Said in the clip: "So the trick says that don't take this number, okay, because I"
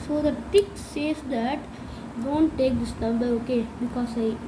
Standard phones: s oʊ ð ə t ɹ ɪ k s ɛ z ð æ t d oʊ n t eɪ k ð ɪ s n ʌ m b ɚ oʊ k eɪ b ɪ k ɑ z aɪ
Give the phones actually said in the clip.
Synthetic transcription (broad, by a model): s oʊ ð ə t ɪ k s ɛ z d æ t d oʊ n t eɪ k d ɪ s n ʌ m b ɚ oʊ k eɪ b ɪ k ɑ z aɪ